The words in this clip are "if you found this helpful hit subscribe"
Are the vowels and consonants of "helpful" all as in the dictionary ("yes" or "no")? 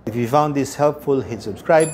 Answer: yes